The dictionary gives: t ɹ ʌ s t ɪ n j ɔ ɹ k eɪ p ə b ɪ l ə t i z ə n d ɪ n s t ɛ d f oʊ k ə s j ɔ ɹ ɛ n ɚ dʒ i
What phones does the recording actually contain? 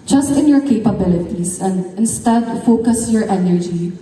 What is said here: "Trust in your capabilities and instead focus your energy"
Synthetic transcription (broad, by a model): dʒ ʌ s t ɪ n j ɔ ɹ k eɪ p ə b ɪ l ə t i s ə n d ɪ n s t ɛ d f oʊ k ə s j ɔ ɹ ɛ n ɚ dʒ i